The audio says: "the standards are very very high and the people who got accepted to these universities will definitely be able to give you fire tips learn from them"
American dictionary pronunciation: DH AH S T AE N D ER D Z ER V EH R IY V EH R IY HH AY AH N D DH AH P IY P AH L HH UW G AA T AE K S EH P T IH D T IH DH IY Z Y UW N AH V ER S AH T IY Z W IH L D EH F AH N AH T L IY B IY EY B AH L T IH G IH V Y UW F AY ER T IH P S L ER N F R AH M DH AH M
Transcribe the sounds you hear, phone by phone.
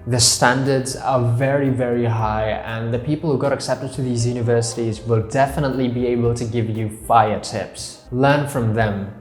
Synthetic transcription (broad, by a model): DH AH S T AE N D ER D Z ER V EH R IY V EH R IY HH AY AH N DH AH P IY P AH L HH UW G AA T AE K S EH P T IH D T IH DH IY Z Y UW N AH V ER S AH T IY Z W IH L D EH F AH N AH T L IY B IY EY B AH L T IH G IH V Y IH F AY ER T IH P S L ER N F R AH M DH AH M